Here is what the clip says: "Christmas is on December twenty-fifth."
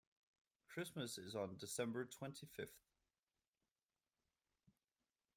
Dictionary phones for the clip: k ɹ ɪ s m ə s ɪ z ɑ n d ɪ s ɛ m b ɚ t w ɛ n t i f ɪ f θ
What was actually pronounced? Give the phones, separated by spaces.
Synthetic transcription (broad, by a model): k ɹ ɪ s m ə s ɪ z n d ɪ s ɛ m b ɚ t w ɛ n t i f ɪ f θ